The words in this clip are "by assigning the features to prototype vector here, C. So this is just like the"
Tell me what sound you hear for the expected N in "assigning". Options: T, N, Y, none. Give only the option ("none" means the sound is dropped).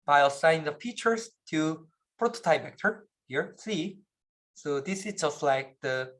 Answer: none